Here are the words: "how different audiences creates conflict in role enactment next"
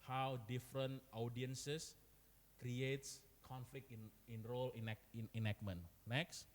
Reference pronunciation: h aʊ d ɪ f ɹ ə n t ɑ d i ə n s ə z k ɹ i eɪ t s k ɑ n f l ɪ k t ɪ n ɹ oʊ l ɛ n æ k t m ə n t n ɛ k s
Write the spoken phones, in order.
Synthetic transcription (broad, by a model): h aʊ d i f ɹ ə n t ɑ d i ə n s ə s k ɹ i eɪ t s k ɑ n f l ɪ k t ɪ n ɹ oʊ l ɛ n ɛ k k m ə n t n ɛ k s